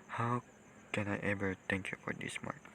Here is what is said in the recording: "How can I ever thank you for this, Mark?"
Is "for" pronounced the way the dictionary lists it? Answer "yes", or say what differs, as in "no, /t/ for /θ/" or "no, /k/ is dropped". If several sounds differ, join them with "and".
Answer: yes